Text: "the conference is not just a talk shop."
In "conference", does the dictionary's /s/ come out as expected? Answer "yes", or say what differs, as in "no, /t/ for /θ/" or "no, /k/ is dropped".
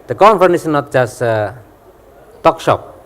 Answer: no, /s/ is dropped